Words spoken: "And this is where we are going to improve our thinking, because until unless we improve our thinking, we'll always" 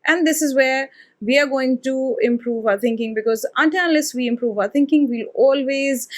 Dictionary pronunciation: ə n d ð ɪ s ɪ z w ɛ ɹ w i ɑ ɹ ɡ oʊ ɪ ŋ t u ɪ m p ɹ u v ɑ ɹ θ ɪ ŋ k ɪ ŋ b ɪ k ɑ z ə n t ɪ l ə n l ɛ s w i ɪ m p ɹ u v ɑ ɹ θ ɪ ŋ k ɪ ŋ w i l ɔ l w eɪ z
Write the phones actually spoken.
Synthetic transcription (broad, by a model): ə n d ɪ s ɪ z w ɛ ɹ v i ɑ ɹ ɡ oʊ ɪ ŋ t u ɪ m p ɹ u v ɑ ɹ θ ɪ ŋ k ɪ ŋ b ɪ k ɑ z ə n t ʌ n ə l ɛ s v i ɪ m p ɹ u v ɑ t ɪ ŋ k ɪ ŋ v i l ɔ l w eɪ z